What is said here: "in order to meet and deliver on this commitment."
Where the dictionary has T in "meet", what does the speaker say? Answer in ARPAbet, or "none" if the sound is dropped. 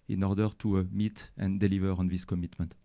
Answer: T